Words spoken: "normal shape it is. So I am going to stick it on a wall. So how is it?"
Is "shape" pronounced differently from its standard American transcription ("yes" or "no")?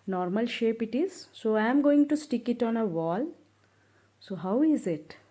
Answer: no